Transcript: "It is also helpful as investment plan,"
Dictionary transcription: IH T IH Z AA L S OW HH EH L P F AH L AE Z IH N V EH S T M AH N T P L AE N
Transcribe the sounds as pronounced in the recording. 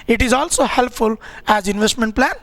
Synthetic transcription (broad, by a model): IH T IH Z AA L S OW HH EH L P F AH L AE Z IH N V EH S T M AH N T P L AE N